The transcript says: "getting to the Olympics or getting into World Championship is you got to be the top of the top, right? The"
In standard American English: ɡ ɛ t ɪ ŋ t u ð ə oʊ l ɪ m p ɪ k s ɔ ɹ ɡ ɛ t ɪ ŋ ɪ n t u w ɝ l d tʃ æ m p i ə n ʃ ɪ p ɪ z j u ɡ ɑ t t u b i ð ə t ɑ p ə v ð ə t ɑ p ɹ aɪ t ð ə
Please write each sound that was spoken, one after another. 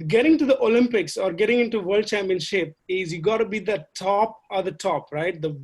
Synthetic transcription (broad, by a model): ɡ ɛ t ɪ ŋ t u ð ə oʊ l ɪ m p ɪ k s ɔ ɹ ɡ ɛ t ɪ ŋ ɪ n t u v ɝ l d tʃ æ m p i ə n ʃ ɪ p ɪ z j u ɡ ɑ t t u b i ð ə t ɑ p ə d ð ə t ɑ p ɹ aɪ t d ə